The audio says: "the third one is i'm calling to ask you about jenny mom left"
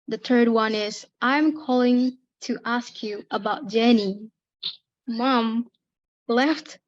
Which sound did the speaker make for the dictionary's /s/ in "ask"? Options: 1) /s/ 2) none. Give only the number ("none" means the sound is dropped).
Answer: 1